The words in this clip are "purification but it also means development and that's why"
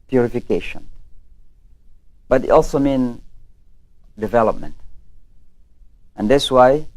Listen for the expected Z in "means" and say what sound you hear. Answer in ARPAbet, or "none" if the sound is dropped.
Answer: none